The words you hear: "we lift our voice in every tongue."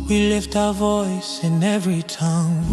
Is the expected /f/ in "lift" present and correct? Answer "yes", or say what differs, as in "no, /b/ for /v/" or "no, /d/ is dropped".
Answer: yes